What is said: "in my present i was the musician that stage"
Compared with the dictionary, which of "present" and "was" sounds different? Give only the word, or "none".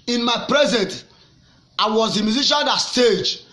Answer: none